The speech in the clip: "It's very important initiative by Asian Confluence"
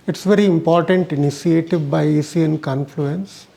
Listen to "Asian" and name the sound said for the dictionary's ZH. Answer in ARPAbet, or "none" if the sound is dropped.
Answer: S